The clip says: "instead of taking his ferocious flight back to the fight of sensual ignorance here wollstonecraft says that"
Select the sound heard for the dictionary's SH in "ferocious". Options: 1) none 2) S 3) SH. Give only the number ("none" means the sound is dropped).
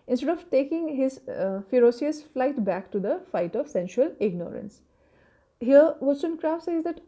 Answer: 2